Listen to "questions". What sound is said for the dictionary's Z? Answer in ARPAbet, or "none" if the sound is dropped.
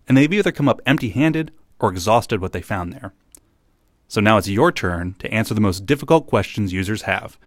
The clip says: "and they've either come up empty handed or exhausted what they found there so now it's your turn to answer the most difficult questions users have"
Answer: Z